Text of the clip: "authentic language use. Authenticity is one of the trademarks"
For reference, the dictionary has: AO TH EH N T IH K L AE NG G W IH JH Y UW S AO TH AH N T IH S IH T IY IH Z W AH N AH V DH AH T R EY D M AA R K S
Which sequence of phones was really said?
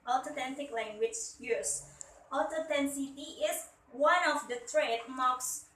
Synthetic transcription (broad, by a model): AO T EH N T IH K L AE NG G W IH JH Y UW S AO T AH T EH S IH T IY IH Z W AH N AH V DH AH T R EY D M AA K S